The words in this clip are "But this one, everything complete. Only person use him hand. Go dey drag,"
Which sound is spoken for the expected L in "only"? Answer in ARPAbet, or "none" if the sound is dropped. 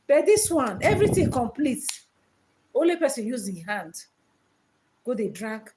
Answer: L